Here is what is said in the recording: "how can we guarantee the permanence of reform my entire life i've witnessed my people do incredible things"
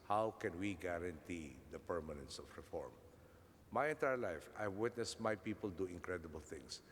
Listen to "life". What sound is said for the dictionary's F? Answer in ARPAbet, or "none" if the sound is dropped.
F